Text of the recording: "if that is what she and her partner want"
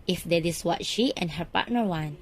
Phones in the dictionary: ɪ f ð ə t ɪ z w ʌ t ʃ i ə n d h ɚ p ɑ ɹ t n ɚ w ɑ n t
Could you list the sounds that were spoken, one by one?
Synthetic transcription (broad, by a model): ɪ f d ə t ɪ s w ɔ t ʃ i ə n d h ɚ p ɑ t n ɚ w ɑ n